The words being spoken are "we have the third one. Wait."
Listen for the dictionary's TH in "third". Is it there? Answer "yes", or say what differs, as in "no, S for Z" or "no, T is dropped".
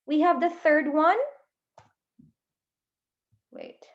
yes